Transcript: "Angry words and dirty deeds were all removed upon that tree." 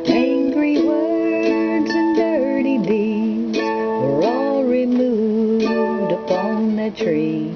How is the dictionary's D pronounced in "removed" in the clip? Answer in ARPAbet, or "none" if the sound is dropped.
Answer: D